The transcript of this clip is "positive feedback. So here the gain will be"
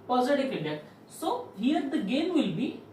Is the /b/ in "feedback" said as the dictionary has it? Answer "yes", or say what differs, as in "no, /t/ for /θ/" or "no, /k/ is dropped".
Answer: no, /b/ is dropped